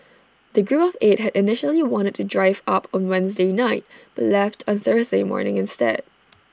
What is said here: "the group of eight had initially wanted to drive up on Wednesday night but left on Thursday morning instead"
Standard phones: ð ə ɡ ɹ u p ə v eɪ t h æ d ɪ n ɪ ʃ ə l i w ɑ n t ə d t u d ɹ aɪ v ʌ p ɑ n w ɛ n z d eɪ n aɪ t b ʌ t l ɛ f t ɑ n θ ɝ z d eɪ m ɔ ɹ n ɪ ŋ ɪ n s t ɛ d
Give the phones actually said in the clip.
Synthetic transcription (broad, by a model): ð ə ɡ ɹ u p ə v eɪ t h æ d ɪ n ɪ ʃ ə l i w ɑ n t ə d t u d ɹ aɪ v ʌ p ɑ n w ɛ n z d eɪ n aɪ t b ʌ t l ɛ f t ɑ n θ ɝ z d eɪ m ɔ ɹ n ɪ ŋ ɪ n s t ɛ d